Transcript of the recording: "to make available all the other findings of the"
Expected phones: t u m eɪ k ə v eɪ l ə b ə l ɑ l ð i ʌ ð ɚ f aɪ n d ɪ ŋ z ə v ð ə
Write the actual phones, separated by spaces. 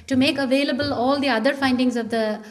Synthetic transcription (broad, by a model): t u m eɪ k ə v eɪ l ə b ə l ɑ l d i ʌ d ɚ f aɪ n d ɪ ŋ z ə v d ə